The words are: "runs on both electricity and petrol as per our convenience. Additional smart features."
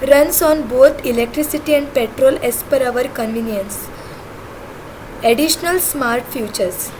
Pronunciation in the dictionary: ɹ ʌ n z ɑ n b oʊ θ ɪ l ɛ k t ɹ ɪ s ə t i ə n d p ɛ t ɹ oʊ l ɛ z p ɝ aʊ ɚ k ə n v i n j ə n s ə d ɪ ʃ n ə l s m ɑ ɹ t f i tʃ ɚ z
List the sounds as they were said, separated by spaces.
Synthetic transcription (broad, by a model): ɹ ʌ n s ɑ n b oʊ t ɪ l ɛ k t ɹ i s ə t i ə n d p ɛ t ɹ oʊ l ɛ s p ɝ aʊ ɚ k ə n v i n j ə n s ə d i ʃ n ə l s m ɑ ɹ t f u tʃ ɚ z